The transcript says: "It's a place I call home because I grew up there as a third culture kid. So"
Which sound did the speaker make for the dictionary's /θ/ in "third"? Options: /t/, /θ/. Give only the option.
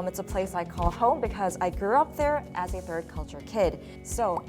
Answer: /θ/